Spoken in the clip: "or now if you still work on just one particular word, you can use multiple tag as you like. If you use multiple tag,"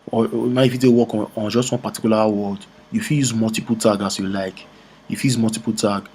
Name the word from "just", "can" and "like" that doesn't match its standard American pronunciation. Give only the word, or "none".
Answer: can